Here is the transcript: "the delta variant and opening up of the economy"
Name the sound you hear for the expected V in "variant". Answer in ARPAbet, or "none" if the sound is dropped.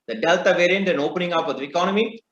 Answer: V